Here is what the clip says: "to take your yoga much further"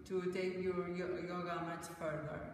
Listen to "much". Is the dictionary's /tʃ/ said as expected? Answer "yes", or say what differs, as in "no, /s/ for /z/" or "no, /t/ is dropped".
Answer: no, /s/ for /tʃ/